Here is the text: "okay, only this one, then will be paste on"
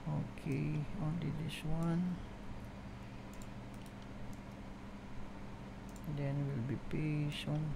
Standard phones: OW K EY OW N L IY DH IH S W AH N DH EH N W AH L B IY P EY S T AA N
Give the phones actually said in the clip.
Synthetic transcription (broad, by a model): OW K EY OW N L IY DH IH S W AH N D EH N W AH L B IY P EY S AA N